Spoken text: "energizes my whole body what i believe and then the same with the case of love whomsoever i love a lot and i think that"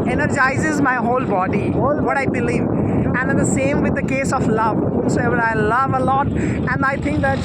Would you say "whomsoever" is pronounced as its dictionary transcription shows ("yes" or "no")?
no